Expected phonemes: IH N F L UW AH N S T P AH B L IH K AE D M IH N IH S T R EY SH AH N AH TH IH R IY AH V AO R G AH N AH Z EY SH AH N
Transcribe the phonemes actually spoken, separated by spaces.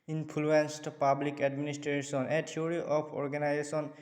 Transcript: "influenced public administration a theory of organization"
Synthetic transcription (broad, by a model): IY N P L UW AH N S T P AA B L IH K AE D M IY N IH S T R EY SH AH N AH T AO R IY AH P AO R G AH N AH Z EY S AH N